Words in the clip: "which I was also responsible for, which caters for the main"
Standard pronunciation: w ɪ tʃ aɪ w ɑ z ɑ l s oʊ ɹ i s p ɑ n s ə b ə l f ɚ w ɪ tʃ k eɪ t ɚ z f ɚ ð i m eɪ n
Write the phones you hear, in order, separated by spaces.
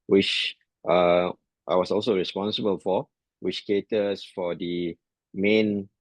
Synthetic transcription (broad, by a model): w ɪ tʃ aɪ w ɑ s ɑ l s oʊ ɹ i s p ɑ n s ə b ə l f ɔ w ɪ tʃ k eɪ t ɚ s f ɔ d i m eɪ n